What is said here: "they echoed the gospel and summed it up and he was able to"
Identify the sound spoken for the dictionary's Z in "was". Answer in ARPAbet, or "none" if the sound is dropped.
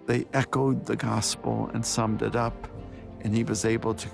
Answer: Z